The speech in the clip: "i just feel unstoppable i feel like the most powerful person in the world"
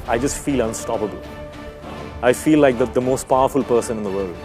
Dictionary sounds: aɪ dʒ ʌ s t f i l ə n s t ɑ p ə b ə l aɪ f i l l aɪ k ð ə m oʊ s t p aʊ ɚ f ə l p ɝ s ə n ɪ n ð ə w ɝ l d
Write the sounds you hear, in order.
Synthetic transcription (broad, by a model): aɪ dʒ ʌ s t f i l ə n s t ɑ p ə b ə l aɪ f i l l aɪ k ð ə m oʊ s t p aʊ ɚ f ə l p ɝ s ə n ɪ n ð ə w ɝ l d